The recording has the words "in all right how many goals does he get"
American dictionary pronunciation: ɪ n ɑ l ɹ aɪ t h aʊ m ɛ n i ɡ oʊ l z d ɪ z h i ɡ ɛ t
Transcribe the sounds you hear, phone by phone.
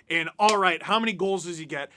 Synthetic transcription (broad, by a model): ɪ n ɑ l ɹ aɪ t h aʊ m ɛ n i ɡ oʊ l z d ɪ z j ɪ ɡ ɛ t